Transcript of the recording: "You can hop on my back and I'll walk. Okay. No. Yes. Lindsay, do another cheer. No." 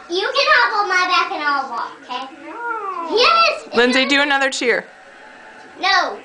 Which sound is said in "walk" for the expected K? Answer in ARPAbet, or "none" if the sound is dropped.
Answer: none